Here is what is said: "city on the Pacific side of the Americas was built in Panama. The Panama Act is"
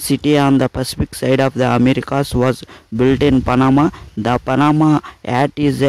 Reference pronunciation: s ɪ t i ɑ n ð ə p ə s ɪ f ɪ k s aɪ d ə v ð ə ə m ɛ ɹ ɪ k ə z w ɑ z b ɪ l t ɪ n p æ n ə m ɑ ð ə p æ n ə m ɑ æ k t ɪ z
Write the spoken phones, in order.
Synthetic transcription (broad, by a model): s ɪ t i ɑ n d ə p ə s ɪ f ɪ k s aɪ d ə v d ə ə m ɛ ɹ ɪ k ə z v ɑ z b ɪ l t ɪ n p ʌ n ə m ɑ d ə p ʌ n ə m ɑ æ t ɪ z